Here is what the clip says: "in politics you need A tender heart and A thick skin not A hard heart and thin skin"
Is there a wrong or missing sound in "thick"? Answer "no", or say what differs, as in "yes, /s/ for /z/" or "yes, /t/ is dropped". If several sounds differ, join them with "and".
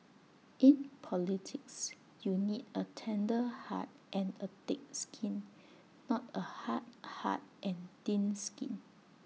yes, /t/ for /θ/